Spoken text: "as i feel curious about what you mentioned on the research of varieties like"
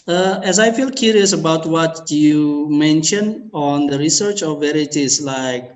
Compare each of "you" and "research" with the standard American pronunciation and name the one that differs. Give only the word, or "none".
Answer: none